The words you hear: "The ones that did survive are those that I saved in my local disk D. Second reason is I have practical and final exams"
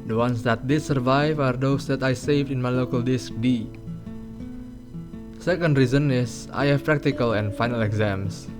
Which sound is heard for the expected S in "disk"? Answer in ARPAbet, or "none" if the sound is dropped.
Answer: S